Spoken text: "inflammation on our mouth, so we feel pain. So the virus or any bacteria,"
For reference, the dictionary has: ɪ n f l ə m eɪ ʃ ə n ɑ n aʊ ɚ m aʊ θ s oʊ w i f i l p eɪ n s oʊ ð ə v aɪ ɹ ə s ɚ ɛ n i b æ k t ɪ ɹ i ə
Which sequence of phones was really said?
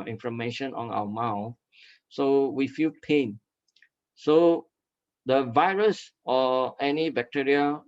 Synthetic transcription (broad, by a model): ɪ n f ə m eɪ ʃ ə n ɑ n aʊ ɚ m aʊ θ s oʊ w i f i l p eɪ n s oʊ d ə v aɪ ɹ ə s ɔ ɛ n i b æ k t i ɹ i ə